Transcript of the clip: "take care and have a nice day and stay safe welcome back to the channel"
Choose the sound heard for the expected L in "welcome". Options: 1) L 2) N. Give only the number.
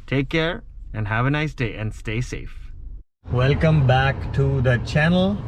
1